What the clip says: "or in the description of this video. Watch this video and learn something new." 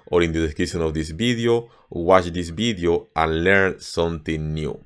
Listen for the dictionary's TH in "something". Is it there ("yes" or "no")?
no